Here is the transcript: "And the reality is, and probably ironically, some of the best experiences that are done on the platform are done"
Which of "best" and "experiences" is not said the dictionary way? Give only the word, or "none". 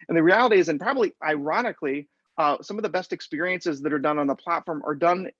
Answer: none